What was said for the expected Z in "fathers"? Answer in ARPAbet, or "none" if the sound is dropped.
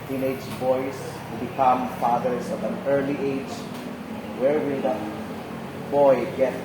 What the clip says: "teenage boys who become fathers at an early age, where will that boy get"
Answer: S